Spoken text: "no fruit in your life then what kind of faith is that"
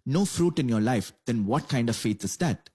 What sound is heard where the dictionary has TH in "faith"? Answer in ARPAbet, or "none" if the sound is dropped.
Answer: T